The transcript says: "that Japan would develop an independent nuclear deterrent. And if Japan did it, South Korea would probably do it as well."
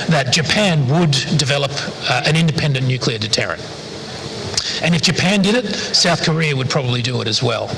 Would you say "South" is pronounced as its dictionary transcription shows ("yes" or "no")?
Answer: yes